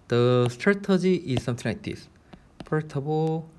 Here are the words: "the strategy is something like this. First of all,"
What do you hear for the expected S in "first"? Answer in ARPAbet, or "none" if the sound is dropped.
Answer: none